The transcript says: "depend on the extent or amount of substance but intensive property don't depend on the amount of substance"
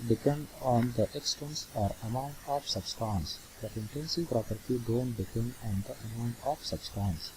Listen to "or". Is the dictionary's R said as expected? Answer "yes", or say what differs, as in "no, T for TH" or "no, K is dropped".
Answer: yes